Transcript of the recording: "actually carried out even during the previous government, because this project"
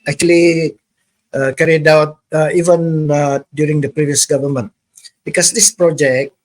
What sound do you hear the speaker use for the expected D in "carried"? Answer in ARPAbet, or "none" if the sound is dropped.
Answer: D